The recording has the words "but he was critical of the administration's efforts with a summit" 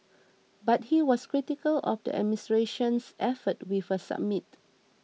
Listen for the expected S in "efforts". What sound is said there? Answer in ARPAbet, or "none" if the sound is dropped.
none